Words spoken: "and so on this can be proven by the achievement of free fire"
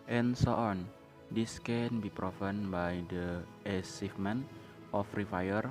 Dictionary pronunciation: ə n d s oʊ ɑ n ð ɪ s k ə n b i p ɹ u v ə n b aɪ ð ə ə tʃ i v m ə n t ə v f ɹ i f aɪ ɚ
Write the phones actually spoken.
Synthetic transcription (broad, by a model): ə n s oʊ ɑ n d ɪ s k ə n b i p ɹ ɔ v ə n b aɪ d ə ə s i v m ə n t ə f ɹ i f aɪ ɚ